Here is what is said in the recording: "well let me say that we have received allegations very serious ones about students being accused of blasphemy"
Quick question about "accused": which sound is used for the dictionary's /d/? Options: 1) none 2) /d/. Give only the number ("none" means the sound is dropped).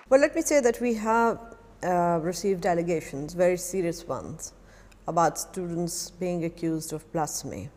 2